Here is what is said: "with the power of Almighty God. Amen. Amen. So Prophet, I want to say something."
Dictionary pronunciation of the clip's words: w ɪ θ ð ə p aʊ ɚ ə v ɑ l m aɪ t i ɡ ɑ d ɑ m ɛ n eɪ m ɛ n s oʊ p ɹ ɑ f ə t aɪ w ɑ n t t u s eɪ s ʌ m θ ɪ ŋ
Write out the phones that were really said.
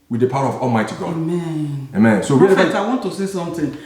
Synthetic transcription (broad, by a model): w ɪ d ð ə p aʊ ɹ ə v ɑ l m aɪ t i ɡ ɑ d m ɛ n eɪ m ɛ n s oʊ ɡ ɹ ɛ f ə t aɪ w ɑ n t t u s eɪ s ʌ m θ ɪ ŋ